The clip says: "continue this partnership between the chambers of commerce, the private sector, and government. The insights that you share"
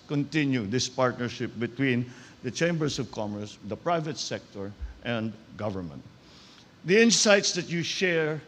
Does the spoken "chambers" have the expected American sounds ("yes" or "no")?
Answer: no